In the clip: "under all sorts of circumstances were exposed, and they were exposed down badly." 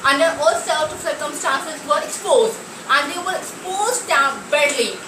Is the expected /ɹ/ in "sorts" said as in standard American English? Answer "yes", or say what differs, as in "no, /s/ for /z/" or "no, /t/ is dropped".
no, /l/ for /ɹ/